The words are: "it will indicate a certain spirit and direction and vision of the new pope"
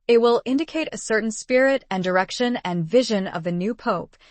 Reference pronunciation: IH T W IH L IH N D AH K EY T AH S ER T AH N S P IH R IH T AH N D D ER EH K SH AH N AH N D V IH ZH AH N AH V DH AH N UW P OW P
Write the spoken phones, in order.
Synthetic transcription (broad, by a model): IH T W IH L IH N D AH K EY T AH S ER T N S P IH R IH T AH N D D ER EH K SH AH N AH N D V IH ZH AH N AH V DH AH N UW P OW P